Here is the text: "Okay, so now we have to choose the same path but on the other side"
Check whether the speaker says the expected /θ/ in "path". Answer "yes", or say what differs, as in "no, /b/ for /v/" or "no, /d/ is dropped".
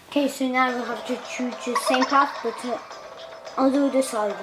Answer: no, /f/ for /θ/